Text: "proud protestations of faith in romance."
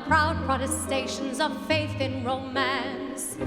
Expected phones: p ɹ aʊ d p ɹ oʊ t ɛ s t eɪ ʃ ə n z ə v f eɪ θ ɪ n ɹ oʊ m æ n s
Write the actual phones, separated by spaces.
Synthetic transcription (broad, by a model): p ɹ aʊ d p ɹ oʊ t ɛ s t eɪ ʃ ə n z ə v f eɪ θ ɪ n ɹ oʊ m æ n s